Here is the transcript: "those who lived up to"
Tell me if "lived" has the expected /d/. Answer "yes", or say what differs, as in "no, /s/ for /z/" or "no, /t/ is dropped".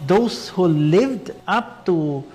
yes